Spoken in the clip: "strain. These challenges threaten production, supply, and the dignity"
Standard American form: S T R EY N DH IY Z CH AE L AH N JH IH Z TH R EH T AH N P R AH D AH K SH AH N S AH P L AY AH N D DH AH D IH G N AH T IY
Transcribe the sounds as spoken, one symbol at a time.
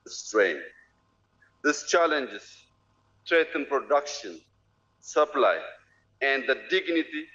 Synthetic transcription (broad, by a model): S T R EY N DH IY S CH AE L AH N JH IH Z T R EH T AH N P R AH D AH K SH AH N S AH P L AY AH N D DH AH D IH G N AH T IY